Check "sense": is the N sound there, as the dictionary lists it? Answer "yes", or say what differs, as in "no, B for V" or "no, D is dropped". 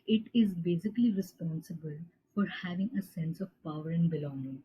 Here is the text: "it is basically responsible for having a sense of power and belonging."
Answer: yes